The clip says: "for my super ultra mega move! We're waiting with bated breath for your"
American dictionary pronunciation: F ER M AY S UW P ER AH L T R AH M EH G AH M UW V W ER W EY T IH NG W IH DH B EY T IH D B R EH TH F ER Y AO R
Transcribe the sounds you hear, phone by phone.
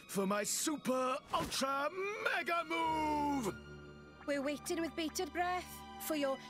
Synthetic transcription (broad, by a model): F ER M AY S UW P ER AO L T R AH M EH G AH M UW V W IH W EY T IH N W IH DH B EY T IH D B R EH TH F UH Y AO